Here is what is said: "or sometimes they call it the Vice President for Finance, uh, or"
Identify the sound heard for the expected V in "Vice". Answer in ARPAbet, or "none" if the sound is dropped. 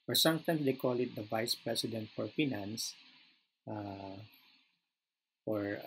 V